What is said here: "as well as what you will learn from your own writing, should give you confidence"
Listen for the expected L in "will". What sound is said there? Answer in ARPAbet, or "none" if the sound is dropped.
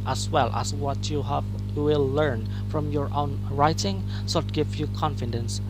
W